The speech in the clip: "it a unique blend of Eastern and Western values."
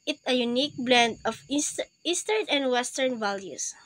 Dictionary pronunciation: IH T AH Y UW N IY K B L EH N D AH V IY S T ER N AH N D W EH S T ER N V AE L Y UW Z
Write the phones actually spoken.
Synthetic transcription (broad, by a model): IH T AH Y UW N IY K B L EH N D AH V IY S T ER N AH N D W EH S T ER N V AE L Y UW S